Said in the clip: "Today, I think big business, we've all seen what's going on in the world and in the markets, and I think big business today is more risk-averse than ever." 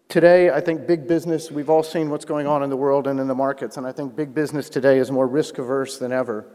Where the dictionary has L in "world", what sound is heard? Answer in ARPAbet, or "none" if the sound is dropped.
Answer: L